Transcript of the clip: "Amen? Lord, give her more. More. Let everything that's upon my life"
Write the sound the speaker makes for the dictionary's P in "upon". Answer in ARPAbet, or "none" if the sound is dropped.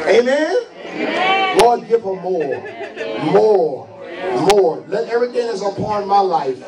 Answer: P